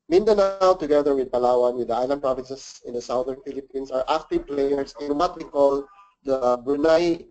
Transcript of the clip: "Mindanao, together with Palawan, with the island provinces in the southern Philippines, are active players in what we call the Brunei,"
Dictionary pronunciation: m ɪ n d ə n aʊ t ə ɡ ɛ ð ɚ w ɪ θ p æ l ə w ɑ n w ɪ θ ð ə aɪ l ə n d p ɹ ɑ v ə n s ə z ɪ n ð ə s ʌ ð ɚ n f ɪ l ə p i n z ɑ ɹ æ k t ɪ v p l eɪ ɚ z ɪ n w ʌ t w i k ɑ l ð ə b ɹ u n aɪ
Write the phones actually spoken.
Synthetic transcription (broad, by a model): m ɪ n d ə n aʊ t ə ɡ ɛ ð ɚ w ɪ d p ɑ l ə w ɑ n w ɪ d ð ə aɪ l ə n d p ɹ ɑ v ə n s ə s ɪ n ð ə s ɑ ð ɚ n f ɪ l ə p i n s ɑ ɹ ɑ k t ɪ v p l eɪ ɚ s ɪ n w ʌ t w i k ɑ l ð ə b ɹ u n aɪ